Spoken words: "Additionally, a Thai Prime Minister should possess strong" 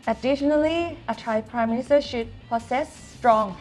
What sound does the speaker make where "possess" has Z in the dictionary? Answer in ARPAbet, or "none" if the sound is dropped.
S